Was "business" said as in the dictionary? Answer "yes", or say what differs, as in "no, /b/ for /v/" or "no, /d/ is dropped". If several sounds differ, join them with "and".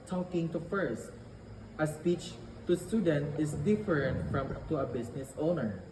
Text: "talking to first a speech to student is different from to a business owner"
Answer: no, /s/ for /z/